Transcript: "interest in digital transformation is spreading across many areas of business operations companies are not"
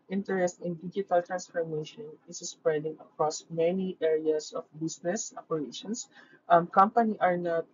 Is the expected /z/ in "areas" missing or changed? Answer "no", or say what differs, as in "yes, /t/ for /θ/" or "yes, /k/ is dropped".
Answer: yes, /s/ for /z/